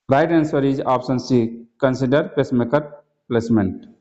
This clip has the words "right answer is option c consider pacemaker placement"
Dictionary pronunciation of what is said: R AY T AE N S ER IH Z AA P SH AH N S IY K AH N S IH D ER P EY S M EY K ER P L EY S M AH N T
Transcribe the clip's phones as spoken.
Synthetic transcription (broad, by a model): R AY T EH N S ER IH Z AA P S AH N S IY K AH N S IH D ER P EY S M EY K ER P L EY S M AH N T